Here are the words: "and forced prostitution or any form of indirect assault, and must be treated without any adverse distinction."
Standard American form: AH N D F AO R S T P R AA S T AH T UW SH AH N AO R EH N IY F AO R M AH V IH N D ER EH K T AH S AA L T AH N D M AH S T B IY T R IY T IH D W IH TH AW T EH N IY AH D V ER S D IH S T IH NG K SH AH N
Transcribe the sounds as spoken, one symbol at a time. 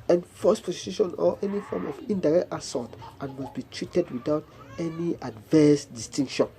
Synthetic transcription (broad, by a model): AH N F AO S P R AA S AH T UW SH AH N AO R EH N IY F AO M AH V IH N D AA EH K T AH S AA T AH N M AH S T B IY T R IY T IH D W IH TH AW T EH N IY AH D V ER S D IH S T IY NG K SH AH N